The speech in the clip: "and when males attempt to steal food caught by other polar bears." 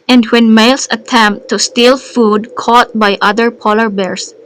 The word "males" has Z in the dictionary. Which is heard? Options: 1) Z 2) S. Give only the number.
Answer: 2